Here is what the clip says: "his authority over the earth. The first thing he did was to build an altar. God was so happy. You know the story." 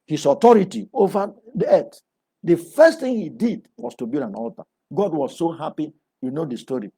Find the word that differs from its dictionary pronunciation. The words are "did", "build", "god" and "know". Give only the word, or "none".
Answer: build